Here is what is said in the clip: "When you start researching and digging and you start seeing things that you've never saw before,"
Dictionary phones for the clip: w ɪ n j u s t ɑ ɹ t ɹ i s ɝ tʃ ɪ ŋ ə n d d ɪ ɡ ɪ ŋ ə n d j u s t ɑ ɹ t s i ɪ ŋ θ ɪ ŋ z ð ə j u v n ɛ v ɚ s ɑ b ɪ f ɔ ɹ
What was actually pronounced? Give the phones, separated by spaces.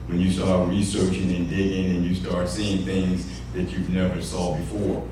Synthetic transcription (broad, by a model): w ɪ n j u s t ɑ ɹ t ɹ i s ɝ tʃ ɪ ŋ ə n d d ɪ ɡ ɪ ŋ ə n j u s t ɑ ɹ t s i ɪ ŋ θ ɪ ŋ z ð ə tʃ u v n ɛ v ɚ s ɑ b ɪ f ɔ ɹ